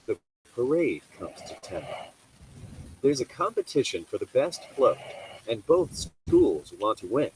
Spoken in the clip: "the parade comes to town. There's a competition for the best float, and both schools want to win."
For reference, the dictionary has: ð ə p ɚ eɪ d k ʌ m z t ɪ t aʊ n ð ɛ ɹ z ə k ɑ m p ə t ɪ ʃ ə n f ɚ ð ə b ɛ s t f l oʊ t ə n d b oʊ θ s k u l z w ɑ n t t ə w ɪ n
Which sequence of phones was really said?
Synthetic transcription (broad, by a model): ð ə p ɚ eɪ d k ʌ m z t ɪ t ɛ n ð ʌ ɹ z ə k ɑ m p ə t ɪ ʃ ə n f ɚ ð ə b ɛ s t f l oʊ t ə n b oʊ θ s k u l z w ɑ n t t ə w ɪ n